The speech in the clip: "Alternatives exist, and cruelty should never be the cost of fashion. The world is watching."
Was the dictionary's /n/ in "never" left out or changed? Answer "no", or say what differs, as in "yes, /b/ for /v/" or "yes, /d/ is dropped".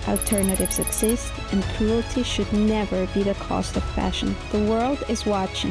no